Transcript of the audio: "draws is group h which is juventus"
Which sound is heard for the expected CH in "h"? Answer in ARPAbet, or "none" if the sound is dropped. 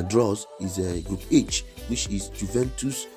CH